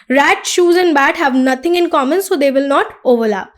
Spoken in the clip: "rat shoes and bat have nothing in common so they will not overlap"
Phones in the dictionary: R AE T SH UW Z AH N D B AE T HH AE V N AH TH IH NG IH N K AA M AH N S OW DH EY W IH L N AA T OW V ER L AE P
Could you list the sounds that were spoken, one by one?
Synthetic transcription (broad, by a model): R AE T SH UW Z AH N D B AE T HH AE V N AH T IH NG IH N K AA M AH N S OW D EY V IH L N AA T OW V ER L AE P